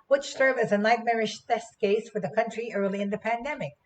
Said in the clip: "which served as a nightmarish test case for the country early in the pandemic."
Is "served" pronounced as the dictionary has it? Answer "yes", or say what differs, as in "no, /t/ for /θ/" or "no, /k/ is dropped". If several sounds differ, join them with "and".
no, /d/ is dropped